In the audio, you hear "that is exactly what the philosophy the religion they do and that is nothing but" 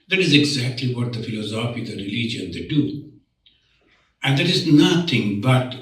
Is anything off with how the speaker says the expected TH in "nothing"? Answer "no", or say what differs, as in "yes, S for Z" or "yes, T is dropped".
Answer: yes, T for TH